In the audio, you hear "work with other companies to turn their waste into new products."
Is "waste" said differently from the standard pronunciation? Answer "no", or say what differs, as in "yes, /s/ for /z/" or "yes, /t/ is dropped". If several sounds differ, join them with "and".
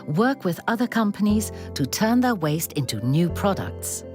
no